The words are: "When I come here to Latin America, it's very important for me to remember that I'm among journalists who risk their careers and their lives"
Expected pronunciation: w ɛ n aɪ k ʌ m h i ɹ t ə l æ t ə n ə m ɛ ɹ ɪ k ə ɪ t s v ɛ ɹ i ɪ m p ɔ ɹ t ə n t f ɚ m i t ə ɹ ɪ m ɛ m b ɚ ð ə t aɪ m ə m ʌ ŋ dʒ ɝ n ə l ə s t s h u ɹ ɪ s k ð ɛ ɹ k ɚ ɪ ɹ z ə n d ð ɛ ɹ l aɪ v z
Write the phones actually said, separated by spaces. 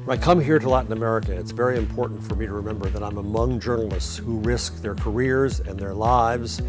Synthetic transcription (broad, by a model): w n aɪ k ʌ m h i ɹ t ə l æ t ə n ə m ɛ ɹ ɪ k ə ɪ t s v ɛ ɹ i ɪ m p ɔ ɹ t n t f ɚ m i t ə ɹ ɪ m ɛ m b ɚ ð ə t aɪ m ə m ʌ ŋ dʒ ɝ n l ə s t s h u ɹ ɪ s k ð ɛ ɹ k ɚ ɪ ɹ z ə n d ð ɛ ɹ l aɪ v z